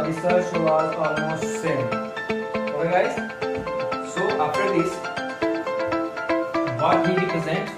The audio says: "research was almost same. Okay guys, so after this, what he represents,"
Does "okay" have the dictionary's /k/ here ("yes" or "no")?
no